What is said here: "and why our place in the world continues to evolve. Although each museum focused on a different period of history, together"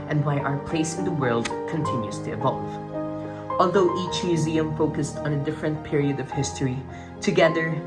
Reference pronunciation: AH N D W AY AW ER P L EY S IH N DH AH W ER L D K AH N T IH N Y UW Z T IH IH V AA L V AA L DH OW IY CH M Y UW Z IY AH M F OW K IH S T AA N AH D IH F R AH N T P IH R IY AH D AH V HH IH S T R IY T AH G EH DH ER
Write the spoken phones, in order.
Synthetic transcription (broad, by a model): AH N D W AY AW ER P L EY S IH N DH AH W ER L D K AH N T IH N Y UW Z T IH IH V AA L V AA L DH OW IY CH M Y UW Z IY AH M F OW K IH S T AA N AH D IH F R AH N T P IH R IY AH D AH V HH IH S T R IY T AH G EH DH ER